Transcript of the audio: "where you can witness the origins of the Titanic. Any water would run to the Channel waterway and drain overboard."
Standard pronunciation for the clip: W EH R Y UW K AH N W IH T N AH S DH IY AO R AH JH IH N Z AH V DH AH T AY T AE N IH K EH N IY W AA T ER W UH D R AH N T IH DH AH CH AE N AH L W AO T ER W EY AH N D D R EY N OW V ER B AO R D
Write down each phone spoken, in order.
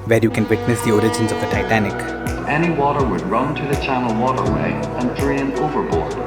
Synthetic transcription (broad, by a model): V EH R Y UW K AH N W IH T N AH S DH IY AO R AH JH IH N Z AH V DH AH T AY T AE N IH K EH N IY W AA T ER W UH D R AH N T IH DH AH CH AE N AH L W AO T ER W EY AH N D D R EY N OW V ER B AO R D